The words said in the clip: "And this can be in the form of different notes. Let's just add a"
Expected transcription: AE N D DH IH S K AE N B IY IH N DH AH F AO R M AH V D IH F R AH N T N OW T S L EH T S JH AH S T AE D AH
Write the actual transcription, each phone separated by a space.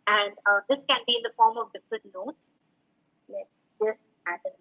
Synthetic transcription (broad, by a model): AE N D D IH S K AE N B IY IH N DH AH F AO R M AH V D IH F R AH T N OW T S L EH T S JH AH S T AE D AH